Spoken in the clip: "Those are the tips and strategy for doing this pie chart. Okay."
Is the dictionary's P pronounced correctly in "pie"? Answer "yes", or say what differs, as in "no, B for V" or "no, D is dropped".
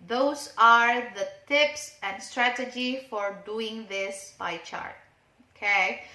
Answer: no, B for P